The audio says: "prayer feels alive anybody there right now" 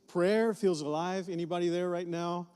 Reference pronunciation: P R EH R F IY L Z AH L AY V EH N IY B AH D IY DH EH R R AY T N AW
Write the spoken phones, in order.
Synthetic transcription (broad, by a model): P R EH R F IY L Z AH L AY V EH N IY B AH D IY DH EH R R AY T N AW